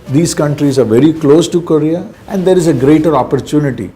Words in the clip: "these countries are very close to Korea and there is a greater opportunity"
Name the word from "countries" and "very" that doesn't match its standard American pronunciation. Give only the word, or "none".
none